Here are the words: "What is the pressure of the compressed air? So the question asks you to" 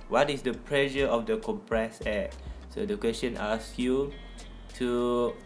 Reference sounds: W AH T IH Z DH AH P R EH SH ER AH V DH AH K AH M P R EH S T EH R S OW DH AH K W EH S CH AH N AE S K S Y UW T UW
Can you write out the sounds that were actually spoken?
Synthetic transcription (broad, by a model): W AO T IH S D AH P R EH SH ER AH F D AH K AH M P R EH S EH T S OW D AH K W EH S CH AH N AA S S Y UW T UW